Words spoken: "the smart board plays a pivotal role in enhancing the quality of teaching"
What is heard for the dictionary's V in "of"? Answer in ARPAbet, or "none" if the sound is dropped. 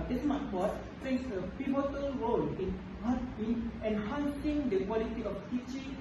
F